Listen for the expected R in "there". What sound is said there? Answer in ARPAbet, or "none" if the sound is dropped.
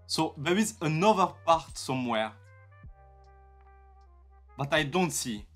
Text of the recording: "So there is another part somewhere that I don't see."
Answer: W